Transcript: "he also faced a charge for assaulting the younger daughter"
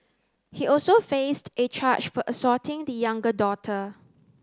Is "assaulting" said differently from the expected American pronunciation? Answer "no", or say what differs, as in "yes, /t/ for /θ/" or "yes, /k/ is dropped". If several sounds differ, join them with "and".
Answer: yes, /l/ is dropped